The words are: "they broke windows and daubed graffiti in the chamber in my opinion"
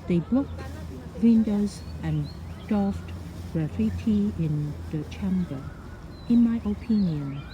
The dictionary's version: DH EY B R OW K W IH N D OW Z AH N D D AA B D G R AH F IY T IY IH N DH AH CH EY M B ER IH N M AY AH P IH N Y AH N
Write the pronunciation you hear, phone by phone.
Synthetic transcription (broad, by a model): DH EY B L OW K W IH N D OW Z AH N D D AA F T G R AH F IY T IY IH N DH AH CH EY M B ER IH N M AY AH P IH N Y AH N